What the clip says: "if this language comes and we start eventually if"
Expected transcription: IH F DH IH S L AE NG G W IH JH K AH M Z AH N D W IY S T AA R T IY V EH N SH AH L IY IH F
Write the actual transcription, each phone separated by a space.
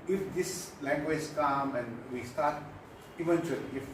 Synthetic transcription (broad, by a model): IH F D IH S L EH NG G W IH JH K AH M AH N W IY S T AA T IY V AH N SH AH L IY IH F